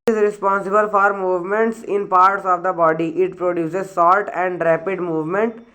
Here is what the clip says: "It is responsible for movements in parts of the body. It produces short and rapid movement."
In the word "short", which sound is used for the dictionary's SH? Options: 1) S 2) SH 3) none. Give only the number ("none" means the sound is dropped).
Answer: 1